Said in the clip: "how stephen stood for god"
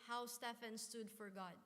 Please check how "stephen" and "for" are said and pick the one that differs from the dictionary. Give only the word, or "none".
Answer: stephen